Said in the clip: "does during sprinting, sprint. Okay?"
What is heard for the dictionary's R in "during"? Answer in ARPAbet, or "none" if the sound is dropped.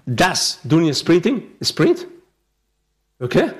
none